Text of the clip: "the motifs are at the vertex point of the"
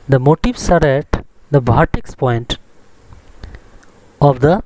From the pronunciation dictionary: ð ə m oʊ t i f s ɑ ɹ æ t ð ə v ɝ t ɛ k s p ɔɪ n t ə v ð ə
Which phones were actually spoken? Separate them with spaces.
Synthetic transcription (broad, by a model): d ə m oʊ t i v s ɑ ɹ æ t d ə b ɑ t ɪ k s p ɔɪ n t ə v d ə